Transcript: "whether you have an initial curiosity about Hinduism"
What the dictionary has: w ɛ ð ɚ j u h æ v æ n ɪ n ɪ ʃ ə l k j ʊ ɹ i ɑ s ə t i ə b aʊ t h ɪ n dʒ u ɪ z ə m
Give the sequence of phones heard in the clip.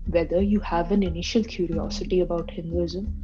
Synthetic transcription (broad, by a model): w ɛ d ɚ j u h æ v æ n ɪ n ɪ ʃ ə l k j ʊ ɹ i ɑ s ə t i ə b aʊ t h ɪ n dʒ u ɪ z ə m